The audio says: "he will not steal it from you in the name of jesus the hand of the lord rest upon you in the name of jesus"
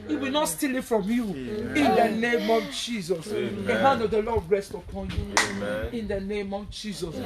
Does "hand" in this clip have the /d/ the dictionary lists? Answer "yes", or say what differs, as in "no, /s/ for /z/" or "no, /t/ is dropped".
no, /d/ is dropped